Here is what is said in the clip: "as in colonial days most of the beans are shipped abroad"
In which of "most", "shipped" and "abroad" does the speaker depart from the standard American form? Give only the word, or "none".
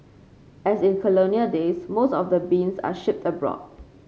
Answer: none